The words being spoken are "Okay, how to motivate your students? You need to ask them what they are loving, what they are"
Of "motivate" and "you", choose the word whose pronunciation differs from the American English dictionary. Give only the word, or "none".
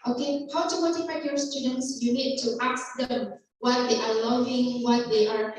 motivate